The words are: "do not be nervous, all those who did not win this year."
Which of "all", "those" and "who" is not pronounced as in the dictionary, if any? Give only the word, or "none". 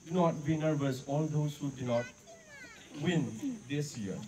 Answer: those